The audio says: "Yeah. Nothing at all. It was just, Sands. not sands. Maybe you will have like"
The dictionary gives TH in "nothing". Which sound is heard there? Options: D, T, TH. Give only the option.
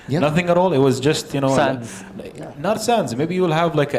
TH